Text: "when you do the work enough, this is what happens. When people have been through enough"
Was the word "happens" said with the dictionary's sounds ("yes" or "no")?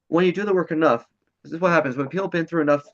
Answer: yes